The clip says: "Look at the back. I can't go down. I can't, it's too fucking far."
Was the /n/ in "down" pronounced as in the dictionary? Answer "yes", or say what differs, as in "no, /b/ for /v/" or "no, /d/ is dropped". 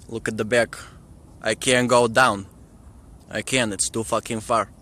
yes